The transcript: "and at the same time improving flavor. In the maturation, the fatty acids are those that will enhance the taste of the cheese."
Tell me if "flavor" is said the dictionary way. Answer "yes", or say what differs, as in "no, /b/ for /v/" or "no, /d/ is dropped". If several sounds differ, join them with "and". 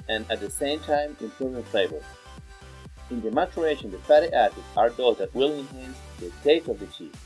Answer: no, /b/ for /v/